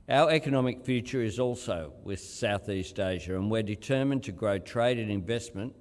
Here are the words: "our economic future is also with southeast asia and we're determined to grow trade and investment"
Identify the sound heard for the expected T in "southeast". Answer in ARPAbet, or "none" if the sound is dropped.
T